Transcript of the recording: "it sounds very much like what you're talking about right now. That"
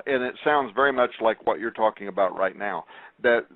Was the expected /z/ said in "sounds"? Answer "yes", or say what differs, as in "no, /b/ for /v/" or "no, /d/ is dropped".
yes